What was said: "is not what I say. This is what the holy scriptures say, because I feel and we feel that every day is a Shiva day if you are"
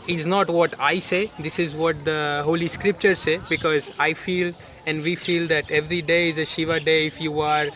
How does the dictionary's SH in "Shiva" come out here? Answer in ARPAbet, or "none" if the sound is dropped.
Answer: SH